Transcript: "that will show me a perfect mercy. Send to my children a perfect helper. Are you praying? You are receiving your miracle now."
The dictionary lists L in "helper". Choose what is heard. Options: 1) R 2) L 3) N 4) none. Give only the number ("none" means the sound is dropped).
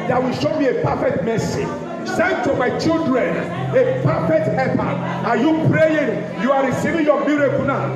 4